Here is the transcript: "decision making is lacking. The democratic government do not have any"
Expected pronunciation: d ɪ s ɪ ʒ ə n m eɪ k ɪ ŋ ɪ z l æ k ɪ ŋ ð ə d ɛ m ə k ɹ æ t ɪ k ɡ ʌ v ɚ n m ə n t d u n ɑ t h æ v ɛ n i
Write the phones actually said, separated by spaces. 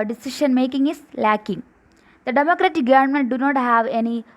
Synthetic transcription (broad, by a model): d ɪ s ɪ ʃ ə n m eɪ k ɪ ŋ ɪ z l æ k ɪ ŋ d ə d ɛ m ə k ɹ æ t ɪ k ɡ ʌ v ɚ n m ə n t d u n ɑ t h æ v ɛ n i